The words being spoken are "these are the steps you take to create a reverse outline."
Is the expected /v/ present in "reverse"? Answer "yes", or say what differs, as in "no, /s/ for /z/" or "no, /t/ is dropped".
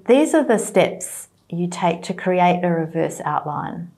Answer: yes